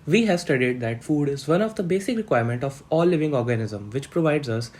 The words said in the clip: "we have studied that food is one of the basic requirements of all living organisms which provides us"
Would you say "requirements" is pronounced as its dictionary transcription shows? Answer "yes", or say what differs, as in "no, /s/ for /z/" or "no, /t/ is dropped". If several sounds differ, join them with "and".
no, /s/ is dropped